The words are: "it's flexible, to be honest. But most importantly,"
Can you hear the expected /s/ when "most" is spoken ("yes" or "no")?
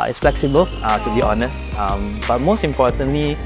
yes